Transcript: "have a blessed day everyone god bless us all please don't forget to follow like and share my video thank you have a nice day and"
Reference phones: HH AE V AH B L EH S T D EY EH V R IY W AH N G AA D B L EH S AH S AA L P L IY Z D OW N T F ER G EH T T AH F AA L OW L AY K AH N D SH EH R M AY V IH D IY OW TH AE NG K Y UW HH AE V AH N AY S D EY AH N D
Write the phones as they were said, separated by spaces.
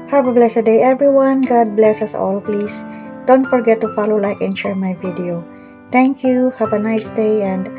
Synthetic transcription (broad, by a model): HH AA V AH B L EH S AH D EY EH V R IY W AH N G AA D B L EH S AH S AA L P L IY S D OW N T F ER G EH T T AH F AA L OW L AY K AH N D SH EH R M AY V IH D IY OW T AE NG K Y UW HH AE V AH N AY S D EY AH N D